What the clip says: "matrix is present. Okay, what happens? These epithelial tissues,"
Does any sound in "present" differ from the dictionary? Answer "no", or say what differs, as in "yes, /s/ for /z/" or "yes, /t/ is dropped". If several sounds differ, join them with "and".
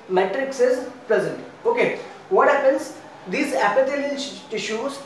yes, /l/ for /ɹ/